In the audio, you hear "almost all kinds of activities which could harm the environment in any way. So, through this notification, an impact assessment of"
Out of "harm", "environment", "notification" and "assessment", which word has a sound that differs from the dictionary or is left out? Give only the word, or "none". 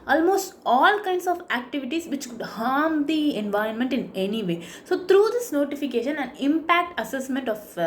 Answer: none